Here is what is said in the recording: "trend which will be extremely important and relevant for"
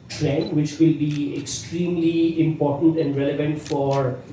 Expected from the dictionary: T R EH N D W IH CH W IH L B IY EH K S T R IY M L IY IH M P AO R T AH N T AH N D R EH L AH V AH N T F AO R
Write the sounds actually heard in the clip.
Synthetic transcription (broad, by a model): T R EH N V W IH CH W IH L B IY EH K S T R IY M L IY IH M P AO R T AH N T AH N D R EH L AH V AH N T F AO R